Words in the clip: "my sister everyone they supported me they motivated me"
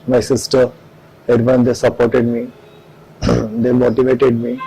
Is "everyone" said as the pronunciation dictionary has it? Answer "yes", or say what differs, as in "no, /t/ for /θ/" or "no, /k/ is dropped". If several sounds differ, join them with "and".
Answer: no, /v/ is dropped